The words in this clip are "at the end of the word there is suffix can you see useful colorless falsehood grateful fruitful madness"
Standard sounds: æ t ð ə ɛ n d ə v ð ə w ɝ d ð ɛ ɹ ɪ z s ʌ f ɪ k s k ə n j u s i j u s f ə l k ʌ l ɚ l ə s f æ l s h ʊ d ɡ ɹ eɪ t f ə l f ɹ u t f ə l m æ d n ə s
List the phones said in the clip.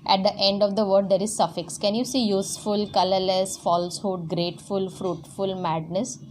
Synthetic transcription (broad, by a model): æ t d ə ɛ n d ə v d ə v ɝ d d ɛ ɹ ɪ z s ʌ f ɪ k s k ə n j u s i j u s f ə l k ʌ l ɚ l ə s f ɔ l s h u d ɡ ɹ eɪ t f ə l f ɹ u t f ə l m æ d n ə s